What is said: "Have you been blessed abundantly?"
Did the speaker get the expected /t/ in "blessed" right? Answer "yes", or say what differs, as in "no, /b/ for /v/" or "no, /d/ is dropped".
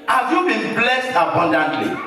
yes